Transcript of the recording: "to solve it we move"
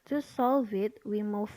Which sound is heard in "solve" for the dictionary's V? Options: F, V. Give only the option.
V